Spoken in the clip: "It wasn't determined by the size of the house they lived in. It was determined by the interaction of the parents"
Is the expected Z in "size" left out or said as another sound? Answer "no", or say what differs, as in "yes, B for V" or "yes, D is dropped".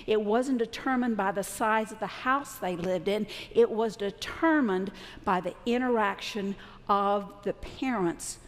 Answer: no